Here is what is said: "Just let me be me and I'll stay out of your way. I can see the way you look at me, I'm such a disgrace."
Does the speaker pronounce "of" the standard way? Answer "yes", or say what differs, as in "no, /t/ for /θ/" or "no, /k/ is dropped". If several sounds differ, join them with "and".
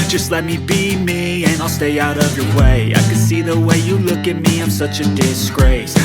yes